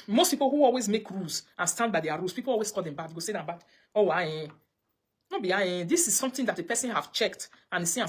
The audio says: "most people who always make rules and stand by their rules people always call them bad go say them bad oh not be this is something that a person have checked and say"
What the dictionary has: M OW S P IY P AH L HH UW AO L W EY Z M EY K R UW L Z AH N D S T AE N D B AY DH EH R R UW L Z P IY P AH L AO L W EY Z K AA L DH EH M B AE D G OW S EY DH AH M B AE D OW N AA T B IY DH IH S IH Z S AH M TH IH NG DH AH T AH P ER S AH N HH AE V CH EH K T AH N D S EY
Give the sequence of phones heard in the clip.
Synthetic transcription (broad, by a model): M OW S P IY P AH L HH UW AO L W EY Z M EY K R UW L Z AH N S T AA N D B AY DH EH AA R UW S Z P IY P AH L AO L W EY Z K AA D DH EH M B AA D G OW S EY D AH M B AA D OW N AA B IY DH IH S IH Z S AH M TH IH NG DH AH T AH P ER S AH N HH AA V CH EH K T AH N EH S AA